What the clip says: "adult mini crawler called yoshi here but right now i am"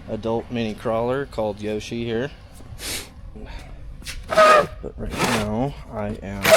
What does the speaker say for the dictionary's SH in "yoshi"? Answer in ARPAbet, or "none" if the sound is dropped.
SH